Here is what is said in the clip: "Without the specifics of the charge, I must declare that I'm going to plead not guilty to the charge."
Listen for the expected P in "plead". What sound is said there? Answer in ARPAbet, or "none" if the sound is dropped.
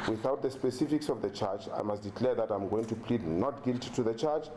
P